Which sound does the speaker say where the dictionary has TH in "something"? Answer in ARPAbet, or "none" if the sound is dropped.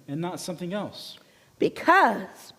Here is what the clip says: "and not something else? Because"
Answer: TH